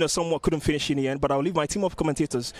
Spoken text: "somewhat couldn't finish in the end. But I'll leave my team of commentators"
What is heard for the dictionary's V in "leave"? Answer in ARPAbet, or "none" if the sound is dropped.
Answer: V